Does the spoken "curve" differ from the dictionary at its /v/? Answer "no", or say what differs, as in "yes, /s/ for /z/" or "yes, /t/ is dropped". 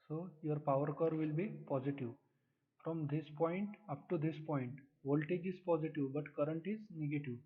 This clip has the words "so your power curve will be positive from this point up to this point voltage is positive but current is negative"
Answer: no